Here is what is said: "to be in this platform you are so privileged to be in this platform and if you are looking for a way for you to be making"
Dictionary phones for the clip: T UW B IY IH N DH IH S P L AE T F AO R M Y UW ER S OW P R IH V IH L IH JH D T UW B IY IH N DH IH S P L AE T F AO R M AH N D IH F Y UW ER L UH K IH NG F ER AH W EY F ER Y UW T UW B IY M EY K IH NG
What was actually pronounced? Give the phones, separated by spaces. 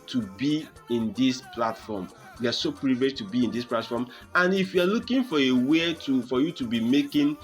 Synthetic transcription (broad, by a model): T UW B IY IH N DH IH S P L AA T F AO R M Y UW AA S OW P R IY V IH IH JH T UW B IY IH N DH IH S P L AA T F AO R M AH N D IH F Y UW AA L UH K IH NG F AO AH W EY F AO Y UW T UW B IY M EY K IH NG